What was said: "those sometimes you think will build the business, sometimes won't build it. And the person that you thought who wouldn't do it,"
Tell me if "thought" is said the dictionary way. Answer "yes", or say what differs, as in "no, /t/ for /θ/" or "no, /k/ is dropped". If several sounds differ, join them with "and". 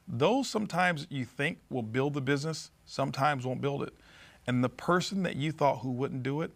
yes